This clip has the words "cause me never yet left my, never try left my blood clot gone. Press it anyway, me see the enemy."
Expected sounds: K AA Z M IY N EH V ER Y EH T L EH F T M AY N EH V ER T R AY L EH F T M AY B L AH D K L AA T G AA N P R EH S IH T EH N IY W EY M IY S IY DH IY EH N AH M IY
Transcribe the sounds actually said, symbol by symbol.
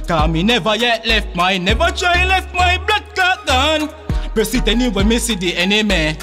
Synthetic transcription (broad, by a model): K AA M IY N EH V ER Y EH T L EH F T M AY N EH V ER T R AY L EH F T M AY B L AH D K AA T G AA N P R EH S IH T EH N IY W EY M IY S IY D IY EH N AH M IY